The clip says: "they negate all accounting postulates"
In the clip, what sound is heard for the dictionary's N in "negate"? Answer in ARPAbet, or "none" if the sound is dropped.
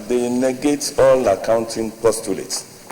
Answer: N